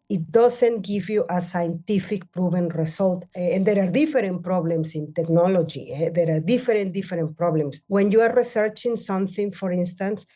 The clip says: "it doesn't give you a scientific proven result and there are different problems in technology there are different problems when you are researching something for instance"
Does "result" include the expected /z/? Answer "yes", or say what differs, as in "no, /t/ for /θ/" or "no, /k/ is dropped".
no, /s/ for /z/